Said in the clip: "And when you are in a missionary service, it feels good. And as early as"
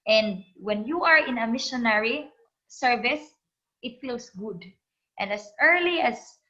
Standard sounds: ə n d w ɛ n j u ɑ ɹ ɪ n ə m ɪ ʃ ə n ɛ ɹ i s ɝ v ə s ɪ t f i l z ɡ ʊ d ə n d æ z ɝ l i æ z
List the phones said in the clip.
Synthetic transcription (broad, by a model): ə n d w ɛ n j u ɑ ɹ ɪ n ə m ɪ ʃ ə n ɛ ɹ i s ɝ v ə s ɪ t f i l s ɡ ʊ d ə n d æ s ɝ l i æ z